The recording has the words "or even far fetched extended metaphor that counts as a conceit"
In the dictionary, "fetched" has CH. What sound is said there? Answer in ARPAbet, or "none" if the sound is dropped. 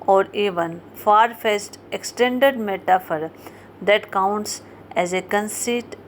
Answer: S